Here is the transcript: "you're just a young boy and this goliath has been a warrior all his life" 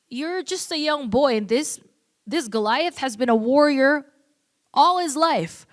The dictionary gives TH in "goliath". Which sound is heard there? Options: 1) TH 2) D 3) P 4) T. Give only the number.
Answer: 1